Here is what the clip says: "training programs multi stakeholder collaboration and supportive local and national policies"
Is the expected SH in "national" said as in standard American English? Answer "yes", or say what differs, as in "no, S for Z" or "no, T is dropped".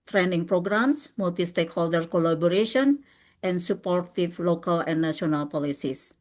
no, SH is dropped